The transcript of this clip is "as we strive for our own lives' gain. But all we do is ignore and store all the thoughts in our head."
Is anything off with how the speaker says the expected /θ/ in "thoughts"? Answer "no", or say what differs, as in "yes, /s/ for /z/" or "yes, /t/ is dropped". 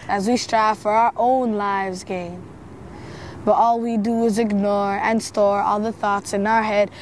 no